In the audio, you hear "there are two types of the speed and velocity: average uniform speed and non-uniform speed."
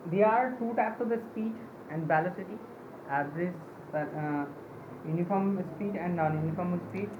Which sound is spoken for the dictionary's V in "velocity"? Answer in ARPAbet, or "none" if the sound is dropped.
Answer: B